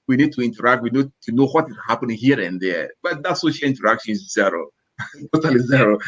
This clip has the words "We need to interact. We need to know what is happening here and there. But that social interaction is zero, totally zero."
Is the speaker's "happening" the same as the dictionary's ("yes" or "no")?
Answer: no